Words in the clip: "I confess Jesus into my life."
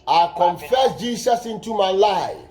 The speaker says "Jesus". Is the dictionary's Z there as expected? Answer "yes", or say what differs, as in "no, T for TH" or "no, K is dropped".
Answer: no, S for Z